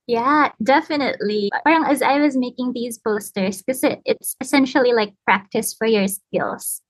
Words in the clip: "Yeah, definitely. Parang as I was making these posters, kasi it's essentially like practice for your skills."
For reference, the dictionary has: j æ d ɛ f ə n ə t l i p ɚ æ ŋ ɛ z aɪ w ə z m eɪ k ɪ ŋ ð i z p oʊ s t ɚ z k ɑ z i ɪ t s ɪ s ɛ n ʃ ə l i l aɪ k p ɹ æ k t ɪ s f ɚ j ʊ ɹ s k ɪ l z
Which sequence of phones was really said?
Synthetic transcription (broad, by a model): j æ d ɛ f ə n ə t l i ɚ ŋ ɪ z aɪ w ə z m eɪ k ɪ ŋ ð i z b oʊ s t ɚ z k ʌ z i ɪ t s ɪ s ɛ n ʃ l i l aɪ k p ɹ æ k t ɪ s f ɚ j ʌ ɹ s k ɪ l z